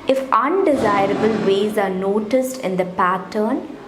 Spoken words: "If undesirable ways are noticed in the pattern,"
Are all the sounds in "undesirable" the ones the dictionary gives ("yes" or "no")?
yes